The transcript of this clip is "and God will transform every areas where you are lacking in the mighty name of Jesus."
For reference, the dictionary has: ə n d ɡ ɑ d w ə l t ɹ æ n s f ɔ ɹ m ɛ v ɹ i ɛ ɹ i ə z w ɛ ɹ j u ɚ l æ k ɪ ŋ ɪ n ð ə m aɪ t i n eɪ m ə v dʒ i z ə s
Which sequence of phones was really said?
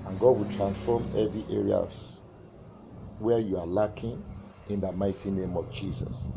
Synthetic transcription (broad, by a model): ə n ɡ ɑ d w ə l t ɹ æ n s f ɔ m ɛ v i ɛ ɹ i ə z w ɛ j u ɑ l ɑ k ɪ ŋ ɪ n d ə m aɪ t i n eɪ m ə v dʒ i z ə s